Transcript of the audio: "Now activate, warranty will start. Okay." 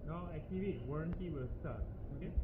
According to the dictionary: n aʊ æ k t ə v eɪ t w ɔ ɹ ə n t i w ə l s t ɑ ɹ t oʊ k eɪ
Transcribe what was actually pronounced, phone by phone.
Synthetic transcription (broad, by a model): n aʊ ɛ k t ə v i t w ɔ ɹ ə n t i w ə l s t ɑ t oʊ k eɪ